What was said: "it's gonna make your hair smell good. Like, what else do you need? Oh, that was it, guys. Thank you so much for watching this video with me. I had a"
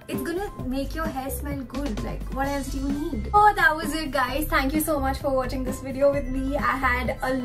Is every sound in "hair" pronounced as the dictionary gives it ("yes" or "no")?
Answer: no